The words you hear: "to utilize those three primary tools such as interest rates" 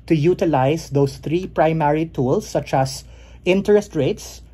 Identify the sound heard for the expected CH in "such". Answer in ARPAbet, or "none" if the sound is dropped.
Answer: CH